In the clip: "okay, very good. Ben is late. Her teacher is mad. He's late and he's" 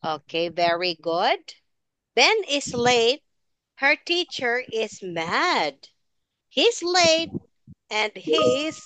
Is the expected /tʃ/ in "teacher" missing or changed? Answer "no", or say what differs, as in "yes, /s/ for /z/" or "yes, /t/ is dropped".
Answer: no